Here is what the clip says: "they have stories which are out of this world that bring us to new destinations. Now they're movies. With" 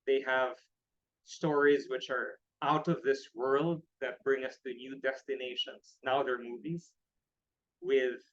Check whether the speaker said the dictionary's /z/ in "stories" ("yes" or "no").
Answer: yes